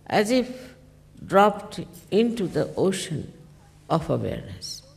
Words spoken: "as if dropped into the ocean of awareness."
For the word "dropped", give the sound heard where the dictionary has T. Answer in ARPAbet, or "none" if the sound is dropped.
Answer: T